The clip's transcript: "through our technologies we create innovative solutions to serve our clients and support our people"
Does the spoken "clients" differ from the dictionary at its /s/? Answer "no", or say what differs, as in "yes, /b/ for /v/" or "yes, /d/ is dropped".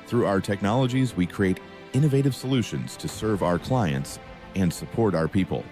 no